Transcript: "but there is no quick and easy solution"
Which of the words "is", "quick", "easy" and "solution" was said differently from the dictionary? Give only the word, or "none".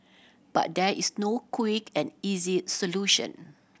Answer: is